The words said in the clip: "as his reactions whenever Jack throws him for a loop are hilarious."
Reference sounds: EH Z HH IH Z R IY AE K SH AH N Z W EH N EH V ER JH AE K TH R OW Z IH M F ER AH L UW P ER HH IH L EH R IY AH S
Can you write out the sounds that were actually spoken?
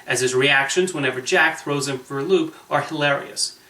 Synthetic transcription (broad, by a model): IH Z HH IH Z R IY AE K SH AH N Z W EH N EH V ER JH AE K TH R OW Z IH M F ER L UW P ER HH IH L EH R IY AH S